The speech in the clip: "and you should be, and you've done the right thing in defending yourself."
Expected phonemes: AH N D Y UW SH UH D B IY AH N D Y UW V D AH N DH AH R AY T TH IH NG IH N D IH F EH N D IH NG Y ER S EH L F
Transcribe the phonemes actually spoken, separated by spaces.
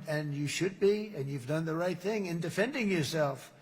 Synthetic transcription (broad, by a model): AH N Y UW SH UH D B IY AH N Y UW V D AH N DH AH R AY T TH IH NG IH N D IH F EH N D IH NG Y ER S EH L F